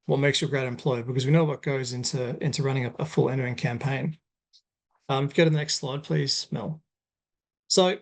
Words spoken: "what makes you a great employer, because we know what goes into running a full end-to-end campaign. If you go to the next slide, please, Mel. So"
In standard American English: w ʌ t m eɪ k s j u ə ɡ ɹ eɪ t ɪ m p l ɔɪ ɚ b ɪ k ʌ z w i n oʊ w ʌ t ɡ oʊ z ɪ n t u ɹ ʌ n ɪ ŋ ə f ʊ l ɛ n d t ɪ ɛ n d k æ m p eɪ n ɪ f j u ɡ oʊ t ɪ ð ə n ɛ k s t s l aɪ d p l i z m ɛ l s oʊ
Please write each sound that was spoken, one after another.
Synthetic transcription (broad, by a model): w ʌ t m eɪ k s j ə ɡ ɹ eɪ t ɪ m p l ɔɪ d b ɪ k ʌ z w i n oʊ w ʌ t ɡ oʊ z ɪ n t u ɹ ʌ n ɪ ŋ ə f ʊ l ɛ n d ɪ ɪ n k æ m p eɪ n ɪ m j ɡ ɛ t ɪ ð ə n ɛ k s t s l aɪ d p l i z m ɛ l s oʊ